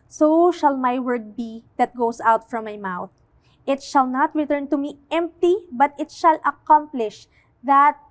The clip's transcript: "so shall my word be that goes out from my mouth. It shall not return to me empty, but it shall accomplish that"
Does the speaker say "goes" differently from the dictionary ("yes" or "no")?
yes